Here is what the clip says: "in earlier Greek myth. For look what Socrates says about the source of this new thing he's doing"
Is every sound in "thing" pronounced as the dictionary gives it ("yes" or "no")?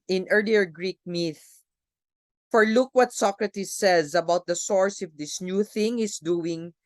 yes